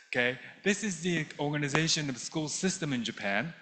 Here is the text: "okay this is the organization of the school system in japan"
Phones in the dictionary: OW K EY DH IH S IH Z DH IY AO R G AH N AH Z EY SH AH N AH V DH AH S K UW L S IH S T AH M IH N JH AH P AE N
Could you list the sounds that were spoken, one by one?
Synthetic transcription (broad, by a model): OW K EY DH IH S IH Z DH IY AO R G AH N AH Z EY SH AH N AH V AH S K UW L S IH S T AH M IH N JH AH P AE N